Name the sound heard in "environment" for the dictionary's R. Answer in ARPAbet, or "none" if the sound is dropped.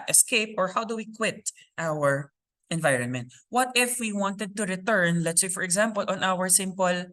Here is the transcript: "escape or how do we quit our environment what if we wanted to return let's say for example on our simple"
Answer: R